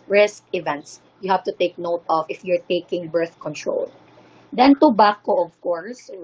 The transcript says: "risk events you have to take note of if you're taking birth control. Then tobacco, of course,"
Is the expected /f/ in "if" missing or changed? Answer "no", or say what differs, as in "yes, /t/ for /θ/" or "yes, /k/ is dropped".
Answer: no